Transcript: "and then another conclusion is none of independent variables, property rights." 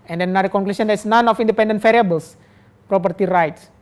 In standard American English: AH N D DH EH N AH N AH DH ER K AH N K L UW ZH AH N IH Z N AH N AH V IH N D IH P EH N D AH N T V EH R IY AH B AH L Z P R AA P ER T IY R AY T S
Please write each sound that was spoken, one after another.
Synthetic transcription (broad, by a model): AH N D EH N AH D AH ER K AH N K L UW S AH N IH S N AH N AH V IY N D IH P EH N D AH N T F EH R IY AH B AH L S P R AA P ER T IY R AY T S